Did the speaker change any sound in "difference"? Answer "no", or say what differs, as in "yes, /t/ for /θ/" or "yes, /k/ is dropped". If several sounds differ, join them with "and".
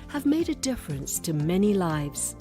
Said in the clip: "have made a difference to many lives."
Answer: no